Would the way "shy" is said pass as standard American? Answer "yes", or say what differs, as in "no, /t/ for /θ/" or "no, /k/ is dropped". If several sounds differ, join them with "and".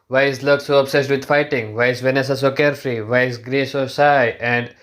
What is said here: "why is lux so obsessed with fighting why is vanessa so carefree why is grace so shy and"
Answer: no, /s/ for /ʃ/